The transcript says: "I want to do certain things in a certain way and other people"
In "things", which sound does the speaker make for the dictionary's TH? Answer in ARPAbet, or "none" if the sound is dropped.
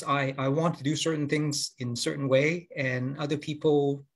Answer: TH